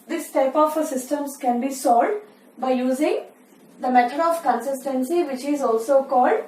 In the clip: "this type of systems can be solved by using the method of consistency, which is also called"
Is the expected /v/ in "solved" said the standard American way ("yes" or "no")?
no